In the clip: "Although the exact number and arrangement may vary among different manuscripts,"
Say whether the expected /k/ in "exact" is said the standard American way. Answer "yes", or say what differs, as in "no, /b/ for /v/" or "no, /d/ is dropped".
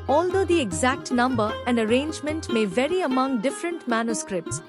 yes